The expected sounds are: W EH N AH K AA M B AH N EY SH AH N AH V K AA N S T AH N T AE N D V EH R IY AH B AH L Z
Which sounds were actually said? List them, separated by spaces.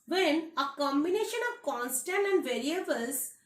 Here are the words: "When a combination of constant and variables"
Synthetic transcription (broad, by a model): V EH N AH K AA M B AH N EY SH AH N AH V K AA N S T AH N T AE N D V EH R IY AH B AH L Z